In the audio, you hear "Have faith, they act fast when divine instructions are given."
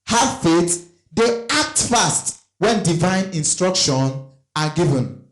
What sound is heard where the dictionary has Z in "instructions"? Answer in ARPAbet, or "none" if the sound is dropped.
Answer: none